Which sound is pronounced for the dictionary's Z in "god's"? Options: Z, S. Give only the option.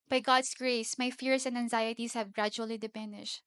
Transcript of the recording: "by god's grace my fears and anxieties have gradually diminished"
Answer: S